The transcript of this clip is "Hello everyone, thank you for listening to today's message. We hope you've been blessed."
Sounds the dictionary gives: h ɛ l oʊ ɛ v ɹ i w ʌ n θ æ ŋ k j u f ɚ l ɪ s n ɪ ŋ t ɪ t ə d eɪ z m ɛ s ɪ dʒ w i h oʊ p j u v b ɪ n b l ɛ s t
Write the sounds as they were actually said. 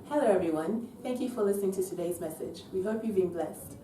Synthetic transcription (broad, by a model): h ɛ l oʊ ɛ v ɹ i w ʌ n θ æ ŋ k j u f ɚ l ɪ s n ɪ ŋ t ɪ t ə d eɪ z m ɛ s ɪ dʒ w i h oʊ p j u v b ɪ n b l ɛ s t